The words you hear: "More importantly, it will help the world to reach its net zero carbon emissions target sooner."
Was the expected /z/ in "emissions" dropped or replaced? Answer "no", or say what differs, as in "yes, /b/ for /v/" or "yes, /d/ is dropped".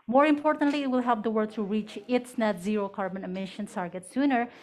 yes, /z/ is dropped